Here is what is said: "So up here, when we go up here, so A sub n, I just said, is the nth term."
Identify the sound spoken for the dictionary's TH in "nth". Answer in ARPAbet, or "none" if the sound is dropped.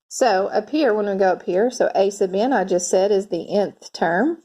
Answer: TH